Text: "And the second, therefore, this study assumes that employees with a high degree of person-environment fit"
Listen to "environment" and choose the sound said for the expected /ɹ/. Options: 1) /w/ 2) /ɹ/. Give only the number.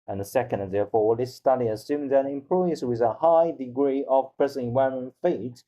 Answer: 1